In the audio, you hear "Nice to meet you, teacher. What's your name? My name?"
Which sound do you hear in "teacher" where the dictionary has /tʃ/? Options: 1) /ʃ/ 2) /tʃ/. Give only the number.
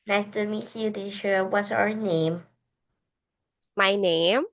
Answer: 1